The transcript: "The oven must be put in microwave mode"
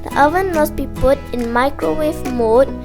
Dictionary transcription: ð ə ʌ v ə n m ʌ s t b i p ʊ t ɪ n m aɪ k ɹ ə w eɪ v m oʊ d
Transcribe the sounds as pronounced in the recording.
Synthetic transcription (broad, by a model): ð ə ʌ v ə n m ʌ s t b i p ʊ t ɪ n m aɪ k ɹ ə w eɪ f m oʊ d